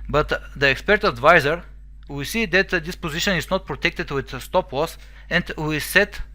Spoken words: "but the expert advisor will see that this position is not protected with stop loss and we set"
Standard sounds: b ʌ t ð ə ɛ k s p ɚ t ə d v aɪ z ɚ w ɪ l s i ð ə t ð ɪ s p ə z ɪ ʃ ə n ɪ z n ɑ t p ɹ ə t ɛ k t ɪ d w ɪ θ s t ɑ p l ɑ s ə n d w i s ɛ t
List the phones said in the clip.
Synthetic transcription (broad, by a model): b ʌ t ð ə ɛ k s p ɚ t ə d v aɪ z ɚ w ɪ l s i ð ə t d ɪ s p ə z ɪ ʃ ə n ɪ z n ɑ t p ɹ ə t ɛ k t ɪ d w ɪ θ s t ɑ p w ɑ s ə n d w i s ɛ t